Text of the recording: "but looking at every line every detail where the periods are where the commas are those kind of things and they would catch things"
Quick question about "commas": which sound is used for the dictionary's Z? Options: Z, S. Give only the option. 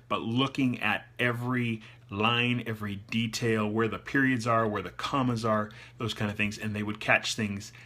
Z